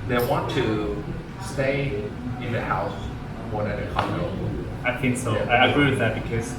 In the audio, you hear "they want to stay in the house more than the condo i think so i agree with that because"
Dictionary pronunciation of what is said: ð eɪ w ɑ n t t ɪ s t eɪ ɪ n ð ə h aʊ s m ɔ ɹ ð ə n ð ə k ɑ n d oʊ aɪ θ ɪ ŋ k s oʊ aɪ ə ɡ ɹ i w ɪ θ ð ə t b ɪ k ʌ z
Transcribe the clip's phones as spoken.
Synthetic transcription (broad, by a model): ð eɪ w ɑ n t t ɪ s t eɪ ɪ n ð ə h aʊ s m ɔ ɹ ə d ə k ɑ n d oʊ aɪ θ ɪ ŋ k s oʊ aɪ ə ɡ ɹ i w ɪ ð ə t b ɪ k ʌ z